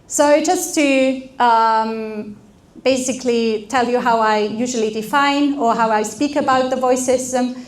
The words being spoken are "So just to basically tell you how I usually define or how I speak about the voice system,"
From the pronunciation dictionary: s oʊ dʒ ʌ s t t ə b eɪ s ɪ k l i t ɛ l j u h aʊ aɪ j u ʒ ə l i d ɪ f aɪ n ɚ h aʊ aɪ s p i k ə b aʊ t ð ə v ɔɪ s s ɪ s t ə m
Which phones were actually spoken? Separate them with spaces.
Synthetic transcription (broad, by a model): s oʊ dʒ ʌ s t t ə b eɪ s ɪ k l i t ɛ l j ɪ h aʊ aɪ j u ʒ ə l i d ɪ f aɪ n ɚ h aʊ aɪ s p i k ə b aʊ t ð ə v ɔɪ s s ɪ s t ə m